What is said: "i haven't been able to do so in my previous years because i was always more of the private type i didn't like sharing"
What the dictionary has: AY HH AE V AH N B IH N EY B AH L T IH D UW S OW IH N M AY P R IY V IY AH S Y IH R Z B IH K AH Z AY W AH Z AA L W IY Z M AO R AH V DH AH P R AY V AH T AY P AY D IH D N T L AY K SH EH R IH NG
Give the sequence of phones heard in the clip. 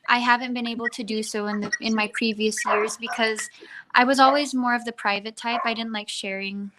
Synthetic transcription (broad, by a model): AY HH AE V AH N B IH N EY B L T IH D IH S OW IH N M AY P R IY V IY AH S Y IH R Z B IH K AH Z AY W AH Z AA L W IY Z M AO R AH V DH AH P R AY V AH T AY P AY D IH D N T L AY K SH EH R IH NG